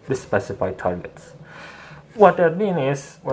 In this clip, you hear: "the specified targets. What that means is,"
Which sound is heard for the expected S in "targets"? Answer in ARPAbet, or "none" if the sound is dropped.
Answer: S